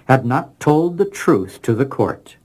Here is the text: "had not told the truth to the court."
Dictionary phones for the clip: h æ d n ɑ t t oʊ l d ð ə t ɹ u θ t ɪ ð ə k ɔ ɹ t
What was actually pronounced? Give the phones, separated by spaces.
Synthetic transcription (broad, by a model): h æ d n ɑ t t oʊ l d ð ə t ɹ u θ t ɪ ð ə k ɔ ɹ t